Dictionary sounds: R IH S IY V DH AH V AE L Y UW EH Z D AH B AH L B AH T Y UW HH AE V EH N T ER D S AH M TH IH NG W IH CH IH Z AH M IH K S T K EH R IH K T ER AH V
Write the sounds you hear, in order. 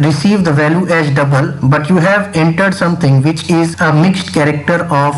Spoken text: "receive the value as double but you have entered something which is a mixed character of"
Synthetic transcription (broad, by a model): R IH S IY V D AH V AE L Y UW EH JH D AH B AH L B AH T Y UW HH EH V EH N T ER D S AH M T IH NG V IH CH IH Z AH M IH K S T K EH R IH K T ER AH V